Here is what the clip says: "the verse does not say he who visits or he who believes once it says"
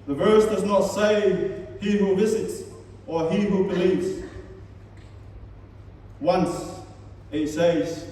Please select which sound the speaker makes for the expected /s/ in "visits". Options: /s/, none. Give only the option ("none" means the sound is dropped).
/s/